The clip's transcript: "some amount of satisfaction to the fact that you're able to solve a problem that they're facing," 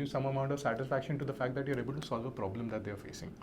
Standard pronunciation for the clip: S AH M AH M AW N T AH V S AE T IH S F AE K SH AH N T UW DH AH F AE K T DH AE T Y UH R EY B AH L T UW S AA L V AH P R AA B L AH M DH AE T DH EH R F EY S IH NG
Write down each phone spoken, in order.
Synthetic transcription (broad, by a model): S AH M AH M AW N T AH V S AE T IH S F AE K SH AH N T UW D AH F AE K T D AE T Y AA R EY B AH L T UW S AA L V AH P R AA B L AH M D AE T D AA R F EY S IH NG